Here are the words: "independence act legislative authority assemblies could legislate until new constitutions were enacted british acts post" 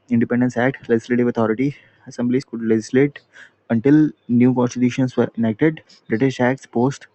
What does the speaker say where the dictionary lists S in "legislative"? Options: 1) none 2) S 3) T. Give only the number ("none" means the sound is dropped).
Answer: 2